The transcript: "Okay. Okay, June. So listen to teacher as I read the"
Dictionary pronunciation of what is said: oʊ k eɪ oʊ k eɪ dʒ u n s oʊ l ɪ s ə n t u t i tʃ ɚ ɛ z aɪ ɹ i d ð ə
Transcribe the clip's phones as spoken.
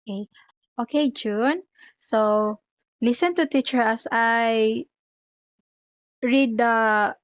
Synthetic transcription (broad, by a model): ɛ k oʊ k eɪ dʒ u n s oʊ l ɪ s ə n t u t i tʃ ɚ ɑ s aɪ ɹ i d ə